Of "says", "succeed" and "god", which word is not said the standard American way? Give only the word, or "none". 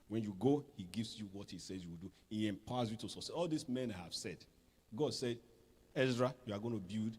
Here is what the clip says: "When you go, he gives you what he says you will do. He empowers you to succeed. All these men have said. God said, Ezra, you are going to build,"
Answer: succeed